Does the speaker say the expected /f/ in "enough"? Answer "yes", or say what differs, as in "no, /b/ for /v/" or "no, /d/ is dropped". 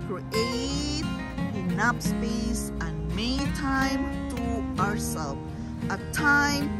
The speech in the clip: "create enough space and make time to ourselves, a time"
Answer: no, /p/ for /f/